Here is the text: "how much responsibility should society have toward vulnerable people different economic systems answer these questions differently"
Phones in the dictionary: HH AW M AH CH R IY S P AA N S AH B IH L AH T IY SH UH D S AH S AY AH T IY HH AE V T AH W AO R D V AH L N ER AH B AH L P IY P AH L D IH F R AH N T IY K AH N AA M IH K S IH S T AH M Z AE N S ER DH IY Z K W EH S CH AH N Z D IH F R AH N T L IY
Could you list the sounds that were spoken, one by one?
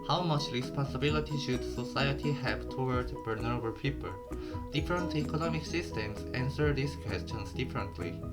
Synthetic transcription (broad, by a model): HH AW M AH CH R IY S P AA S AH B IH L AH T IY SH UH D S AH S AY AH T IY HH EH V T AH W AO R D B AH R N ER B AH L P IY P AH L D IH F R AH N T IY K AH N AA M IH K S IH S T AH M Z AE N S ER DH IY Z K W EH S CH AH N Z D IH F R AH N T L IY